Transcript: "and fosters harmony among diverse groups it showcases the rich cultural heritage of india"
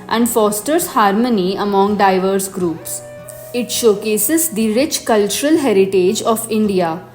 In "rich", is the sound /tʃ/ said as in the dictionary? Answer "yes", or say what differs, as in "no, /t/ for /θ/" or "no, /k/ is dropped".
yes